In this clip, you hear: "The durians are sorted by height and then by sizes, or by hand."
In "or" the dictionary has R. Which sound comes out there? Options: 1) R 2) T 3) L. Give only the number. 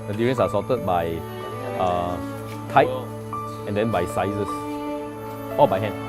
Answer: 3